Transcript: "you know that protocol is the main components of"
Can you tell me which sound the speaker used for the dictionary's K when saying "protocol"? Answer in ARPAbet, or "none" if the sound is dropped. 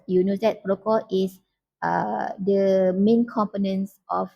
none